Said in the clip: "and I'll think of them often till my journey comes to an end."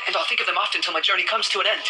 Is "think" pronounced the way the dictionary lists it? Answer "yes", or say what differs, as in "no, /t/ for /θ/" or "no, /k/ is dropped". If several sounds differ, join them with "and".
yes